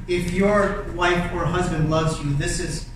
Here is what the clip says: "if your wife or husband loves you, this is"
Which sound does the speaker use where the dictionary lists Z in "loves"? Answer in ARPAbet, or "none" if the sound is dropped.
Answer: Z